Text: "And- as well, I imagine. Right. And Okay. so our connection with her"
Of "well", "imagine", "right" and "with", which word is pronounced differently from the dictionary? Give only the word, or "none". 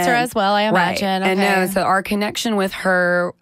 right